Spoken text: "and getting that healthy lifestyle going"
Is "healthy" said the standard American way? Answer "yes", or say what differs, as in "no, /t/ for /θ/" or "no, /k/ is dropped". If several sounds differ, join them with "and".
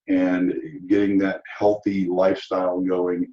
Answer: yes